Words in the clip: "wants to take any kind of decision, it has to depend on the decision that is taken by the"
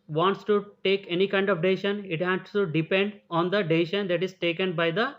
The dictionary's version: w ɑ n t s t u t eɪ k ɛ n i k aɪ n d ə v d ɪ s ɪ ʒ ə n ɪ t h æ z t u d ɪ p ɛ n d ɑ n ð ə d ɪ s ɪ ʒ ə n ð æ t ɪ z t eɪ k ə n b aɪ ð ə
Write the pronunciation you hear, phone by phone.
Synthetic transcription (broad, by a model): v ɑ n t s t u t eɪ k ɛ n i k aɪ n d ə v d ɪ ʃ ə n ɪ t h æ s t u d ɪ p ɛ n d ɑ n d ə d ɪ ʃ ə n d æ t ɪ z t eɪ k ə n b aɪ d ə